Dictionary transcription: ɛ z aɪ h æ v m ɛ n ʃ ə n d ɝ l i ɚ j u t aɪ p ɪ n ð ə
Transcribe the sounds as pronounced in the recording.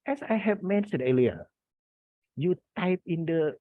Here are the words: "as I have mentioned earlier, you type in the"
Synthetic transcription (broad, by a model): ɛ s aɪ h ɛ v m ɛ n s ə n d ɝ l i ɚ j u t aɪ p ɪ n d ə